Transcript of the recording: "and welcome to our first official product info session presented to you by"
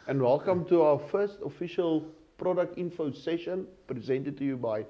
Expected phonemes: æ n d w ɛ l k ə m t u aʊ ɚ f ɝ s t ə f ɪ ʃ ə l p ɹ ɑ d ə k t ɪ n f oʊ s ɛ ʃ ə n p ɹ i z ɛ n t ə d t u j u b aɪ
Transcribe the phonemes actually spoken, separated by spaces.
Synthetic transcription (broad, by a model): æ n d w ɛ l k ə m t u aʊ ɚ f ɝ s t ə f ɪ ʃ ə l p ɹ ɑ d ə k t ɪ n f oʊ s ɛ ʃ ə n p ɹ i z ɛ n t ə d t u j u b aɪ